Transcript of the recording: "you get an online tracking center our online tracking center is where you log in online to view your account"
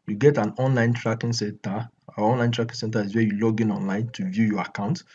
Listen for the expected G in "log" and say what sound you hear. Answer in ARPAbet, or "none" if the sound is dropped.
G